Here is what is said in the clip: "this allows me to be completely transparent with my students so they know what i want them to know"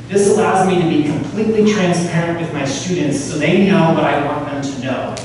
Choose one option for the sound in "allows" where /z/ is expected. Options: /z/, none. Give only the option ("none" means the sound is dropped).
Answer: /z/